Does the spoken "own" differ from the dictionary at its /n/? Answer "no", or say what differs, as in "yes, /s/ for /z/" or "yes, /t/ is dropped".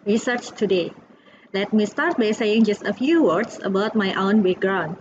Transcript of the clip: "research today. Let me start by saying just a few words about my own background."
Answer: no